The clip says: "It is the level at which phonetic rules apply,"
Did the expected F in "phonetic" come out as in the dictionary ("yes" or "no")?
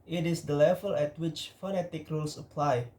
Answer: yes